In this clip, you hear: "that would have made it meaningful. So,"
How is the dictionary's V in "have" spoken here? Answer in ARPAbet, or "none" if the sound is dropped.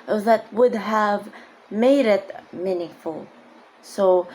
V